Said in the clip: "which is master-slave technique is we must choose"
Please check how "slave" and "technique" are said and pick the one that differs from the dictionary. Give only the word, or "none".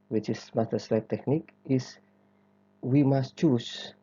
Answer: slave